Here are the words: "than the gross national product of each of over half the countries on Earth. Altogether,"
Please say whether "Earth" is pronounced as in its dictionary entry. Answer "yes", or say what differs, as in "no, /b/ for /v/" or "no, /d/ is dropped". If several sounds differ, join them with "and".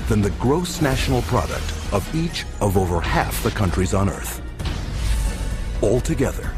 yes